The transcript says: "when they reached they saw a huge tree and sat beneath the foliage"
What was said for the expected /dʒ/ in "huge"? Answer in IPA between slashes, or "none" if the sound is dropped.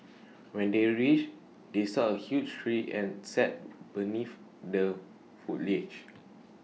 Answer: /tʃ/